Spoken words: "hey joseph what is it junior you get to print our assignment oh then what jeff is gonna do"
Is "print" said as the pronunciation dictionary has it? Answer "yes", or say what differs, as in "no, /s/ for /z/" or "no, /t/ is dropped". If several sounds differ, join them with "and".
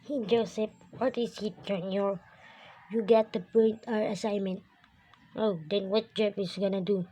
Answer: no, /ɹ/ is dropped